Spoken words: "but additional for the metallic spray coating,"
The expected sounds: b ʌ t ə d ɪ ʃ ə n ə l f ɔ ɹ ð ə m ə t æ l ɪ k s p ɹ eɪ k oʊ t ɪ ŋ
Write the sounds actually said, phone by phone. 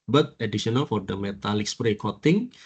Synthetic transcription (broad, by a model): b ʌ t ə d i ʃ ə n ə l f ɔ ɹ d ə m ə t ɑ l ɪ k s p ɹ eɪ k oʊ t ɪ ŋ